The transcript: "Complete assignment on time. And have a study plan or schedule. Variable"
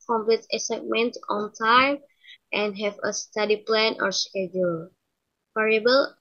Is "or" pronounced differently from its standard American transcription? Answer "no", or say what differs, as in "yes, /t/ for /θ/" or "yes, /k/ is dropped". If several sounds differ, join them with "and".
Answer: no